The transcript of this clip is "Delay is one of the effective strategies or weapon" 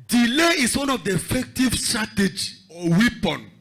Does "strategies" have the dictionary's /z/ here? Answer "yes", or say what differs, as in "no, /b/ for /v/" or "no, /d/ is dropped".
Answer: no, /z/ is dropped